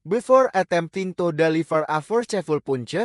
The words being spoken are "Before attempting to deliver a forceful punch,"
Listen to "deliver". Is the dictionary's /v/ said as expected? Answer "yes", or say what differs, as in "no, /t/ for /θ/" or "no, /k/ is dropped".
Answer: no, /f/ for /v/